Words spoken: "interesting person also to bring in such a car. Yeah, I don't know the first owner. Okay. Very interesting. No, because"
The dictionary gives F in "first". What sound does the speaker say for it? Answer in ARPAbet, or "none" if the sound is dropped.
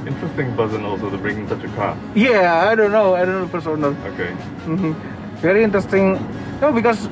P